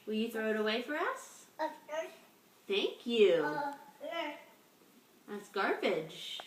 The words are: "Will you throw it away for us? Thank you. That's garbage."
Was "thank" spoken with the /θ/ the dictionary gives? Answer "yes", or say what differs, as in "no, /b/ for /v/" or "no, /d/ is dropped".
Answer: yes